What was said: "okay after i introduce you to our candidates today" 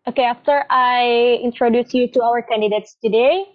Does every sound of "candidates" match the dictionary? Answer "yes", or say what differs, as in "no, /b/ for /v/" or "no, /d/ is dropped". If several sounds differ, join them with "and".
yes